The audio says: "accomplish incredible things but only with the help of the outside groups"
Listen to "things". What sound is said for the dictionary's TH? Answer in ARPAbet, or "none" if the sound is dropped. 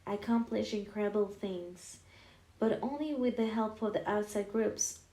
TH